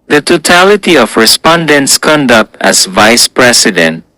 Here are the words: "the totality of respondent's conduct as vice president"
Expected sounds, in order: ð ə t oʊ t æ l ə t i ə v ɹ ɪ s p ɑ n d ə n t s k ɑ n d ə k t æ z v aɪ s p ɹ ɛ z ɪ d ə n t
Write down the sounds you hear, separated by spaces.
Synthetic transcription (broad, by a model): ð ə t oʊ t æ l ə t i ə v ɹ ɪ s p ɑ n d ə n t s k ɑ n d ə k t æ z v aɪ s p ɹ ɛ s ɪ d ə n t